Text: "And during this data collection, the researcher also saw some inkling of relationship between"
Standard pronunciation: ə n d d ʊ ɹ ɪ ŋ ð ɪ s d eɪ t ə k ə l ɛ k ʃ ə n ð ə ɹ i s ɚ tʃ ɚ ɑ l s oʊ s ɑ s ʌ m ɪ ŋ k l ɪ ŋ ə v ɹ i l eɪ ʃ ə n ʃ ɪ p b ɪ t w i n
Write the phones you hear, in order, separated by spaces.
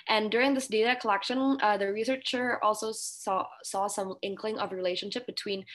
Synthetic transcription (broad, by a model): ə n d d ʊ ɹ ɪ ŋ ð ɪ s d eɪ t ə k ə l ɛ k ʃ ə n ð ə ɹ i s ɚ tʃ ɚ ɑ l s oʊ s ɑ s ʌ m ɪ ŋ k l ɪ ŋ ə v ɹ i l eɪ ʃ ə n ʃ ɪ p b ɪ t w i n